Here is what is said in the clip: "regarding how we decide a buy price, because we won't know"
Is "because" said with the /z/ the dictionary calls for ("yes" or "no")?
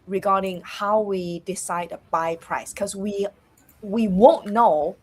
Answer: no